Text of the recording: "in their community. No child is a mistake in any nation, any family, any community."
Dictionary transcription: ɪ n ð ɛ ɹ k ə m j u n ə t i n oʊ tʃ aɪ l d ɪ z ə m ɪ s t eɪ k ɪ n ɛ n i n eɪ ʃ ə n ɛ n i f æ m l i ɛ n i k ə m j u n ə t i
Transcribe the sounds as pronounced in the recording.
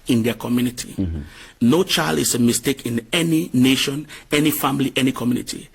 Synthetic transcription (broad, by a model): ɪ n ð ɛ k ə m j u n ə t i n oʊ tʃ aɪ l d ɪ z ə m ɪ s t eɪ k ɪ n ɛ n i n eɪ ʃ ə n ɛ n i f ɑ m l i ɛ n i k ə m j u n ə t i